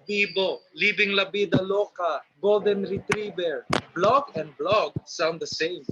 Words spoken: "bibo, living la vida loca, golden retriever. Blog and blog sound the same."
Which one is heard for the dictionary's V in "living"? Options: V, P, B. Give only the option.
B